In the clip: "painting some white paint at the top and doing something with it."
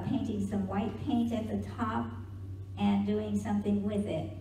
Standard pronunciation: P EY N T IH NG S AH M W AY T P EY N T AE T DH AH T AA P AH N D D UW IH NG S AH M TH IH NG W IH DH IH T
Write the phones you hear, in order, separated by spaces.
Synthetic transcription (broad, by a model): P EY N T IH NG S AH M W AY T P EY N T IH T DH AH T AA P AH N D D UW IH NG S AH M TH IH NG W IH DH IH T